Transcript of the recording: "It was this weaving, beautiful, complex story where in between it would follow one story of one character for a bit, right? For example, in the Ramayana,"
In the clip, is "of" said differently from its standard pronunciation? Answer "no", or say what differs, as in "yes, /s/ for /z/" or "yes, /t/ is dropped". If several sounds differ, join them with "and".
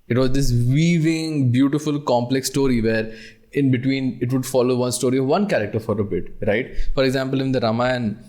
no